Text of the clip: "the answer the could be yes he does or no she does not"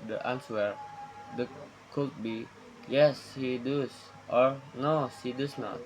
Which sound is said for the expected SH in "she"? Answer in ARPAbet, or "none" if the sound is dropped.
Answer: S